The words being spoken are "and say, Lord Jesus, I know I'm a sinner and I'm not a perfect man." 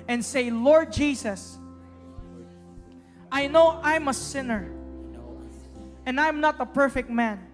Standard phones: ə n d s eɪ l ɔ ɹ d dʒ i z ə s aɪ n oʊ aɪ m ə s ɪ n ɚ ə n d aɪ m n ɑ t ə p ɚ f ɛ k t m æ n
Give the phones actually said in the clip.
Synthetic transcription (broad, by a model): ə n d s eɪ l ɔ ɹ d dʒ i s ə s aɪ n oʊ aɪ m ə s ɪ n ɚ ə n d aɪ m n ɑ t ə p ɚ f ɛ k t m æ n